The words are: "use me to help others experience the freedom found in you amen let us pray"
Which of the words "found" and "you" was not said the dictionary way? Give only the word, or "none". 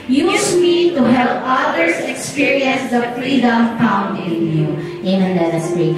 found